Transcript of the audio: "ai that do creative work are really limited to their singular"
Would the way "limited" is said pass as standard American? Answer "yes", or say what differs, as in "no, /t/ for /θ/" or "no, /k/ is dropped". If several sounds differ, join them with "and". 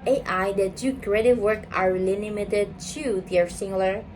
no, /n/ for /l/